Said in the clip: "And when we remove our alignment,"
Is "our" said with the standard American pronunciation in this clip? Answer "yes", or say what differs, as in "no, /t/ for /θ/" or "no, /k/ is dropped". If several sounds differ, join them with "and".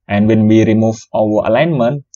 no, /w/ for /ɹ/